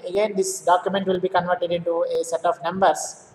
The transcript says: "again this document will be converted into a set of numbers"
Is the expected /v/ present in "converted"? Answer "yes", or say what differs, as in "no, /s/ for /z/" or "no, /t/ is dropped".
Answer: yes